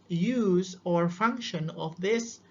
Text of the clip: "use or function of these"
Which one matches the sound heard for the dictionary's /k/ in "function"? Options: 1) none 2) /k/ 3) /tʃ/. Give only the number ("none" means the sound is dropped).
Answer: 2